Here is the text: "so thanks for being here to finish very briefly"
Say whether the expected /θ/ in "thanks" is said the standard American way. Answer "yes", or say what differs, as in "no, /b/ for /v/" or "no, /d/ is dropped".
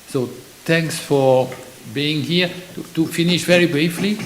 no, /t/ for /θ/